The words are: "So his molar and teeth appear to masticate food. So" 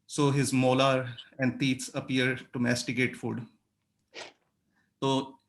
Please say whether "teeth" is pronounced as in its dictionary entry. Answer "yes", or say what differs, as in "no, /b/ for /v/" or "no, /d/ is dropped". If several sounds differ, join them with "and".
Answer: no, /s/ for /θ/